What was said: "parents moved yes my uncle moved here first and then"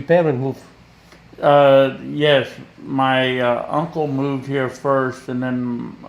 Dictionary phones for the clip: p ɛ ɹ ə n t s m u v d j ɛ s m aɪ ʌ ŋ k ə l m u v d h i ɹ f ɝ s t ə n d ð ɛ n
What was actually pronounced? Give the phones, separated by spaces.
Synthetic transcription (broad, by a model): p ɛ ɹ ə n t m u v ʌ j ɛ s m aɪ ʌ ŋ k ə l m u v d h i ɹ f ɝ s t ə n ð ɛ n